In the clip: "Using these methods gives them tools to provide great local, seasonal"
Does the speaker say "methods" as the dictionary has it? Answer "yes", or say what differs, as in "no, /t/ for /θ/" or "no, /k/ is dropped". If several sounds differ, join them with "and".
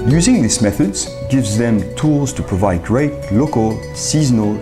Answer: yes